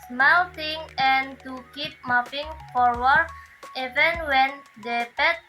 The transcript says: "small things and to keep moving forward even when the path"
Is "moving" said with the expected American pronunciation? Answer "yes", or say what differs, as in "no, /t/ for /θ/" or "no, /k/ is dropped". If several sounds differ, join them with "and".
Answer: no, /p/ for /v/